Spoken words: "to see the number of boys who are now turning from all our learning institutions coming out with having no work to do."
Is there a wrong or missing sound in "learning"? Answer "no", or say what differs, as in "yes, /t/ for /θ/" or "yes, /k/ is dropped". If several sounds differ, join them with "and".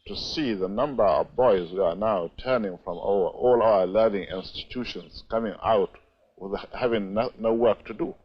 no